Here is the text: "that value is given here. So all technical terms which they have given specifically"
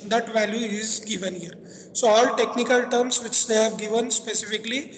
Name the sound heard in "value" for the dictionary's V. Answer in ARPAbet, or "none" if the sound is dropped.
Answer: V